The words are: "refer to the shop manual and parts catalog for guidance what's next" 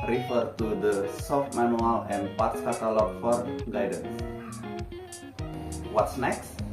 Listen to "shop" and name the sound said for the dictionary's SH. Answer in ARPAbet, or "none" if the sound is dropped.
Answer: S